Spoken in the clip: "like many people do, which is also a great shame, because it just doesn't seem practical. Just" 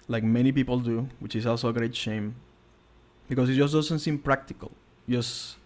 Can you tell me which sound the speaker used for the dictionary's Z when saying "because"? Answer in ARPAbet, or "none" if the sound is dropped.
S